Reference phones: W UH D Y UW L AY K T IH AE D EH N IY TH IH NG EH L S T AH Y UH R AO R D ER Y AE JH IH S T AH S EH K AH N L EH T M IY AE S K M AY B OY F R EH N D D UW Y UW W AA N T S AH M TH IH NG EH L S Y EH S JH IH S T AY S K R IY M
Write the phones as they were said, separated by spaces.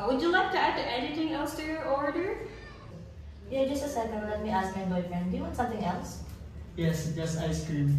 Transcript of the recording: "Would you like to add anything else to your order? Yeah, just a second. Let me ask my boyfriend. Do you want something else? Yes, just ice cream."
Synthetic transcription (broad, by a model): W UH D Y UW L AY K T IH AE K EH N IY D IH NG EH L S T AH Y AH R AO R D ER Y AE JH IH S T AH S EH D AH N L EH T M IY AE S K M AY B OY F R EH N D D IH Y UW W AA T S AH M TH IH NG EH L S Y EH S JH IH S AY S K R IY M